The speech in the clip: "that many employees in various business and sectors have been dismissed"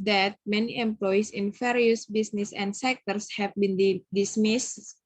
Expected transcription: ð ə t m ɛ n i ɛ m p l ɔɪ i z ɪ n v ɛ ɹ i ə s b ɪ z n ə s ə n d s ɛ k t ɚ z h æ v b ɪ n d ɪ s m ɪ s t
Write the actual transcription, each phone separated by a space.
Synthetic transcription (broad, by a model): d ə t m ɛ n i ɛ m p l ɔɪ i s ɪ n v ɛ ɹ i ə s b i s n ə s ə n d s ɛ k t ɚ s h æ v b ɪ n d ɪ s m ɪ s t